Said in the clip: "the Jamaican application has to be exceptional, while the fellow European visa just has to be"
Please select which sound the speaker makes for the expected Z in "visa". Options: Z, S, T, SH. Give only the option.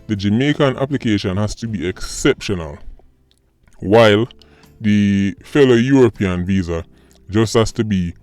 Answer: Z